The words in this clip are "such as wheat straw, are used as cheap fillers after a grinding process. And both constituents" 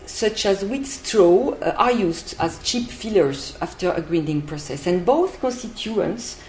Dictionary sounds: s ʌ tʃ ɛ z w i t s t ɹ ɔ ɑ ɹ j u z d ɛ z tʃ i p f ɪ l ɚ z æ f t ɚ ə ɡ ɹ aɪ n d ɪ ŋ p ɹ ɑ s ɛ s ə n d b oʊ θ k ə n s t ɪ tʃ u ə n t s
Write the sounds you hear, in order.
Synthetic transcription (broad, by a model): s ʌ tʃ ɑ z w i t s t ɹ ɔ ɑ ɹ j u z d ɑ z tʃ i p f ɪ l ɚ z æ f t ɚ ə ɡ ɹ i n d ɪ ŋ p ɹ ɑ s ɛ s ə n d b oʊ θ k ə n s t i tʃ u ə n t s